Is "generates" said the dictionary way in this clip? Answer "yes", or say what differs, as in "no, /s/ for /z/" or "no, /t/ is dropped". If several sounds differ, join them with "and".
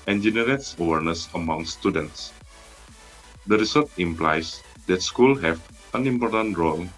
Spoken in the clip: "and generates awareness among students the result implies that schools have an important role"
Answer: yes